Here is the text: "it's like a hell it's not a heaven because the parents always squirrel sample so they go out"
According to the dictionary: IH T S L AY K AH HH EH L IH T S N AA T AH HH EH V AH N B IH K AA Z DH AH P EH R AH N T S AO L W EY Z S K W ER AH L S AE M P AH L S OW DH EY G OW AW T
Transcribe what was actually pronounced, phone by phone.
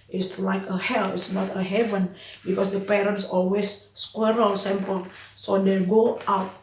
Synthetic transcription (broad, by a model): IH T S L AY K AH HH EH L IH T S N AA T AH HH EH V AH N B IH K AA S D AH P EH R AH N T S AO L W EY S K W ER AH L S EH M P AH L S OW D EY G OW AW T